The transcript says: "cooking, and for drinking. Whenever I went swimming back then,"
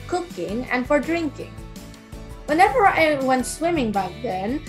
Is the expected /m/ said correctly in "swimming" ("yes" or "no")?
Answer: yes